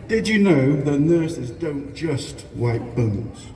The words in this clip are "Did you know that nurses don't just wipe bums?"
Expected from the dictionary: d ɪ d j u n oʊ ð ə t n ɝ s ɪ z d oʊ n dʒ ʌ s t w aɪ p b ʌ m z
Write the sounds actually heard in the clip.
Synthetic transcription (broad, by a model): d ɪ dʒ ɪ n oʊ ð ə t n ɝ s ɪ z d oʊ n dʒ ʌ s t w aɪ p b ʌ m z